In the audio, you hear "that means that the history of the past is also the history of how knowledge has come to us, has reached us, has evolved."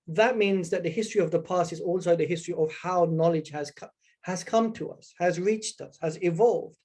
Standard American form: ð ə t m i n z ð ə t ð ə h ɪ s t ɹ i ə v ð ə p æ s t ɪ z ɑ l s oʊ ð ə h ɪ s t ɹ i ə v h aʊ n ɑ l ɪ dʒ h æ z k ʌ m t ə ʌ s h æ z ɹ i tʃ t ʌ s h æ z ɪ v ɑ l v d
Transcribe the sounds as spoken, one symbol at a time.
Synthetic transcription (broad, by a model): ð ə t m i n z ð ə t ð ə h ɪ s t ɹ i ə v ð ə p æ s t ɪ z ɑ l s oʊ ð ə h ɪ s t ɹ i ə v h aʊ n ɑ l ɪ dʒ h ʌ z k ʌ m t ə ʌ s h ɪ z ɹ i tʃ t ʌ s h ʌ z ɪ v ɑ l v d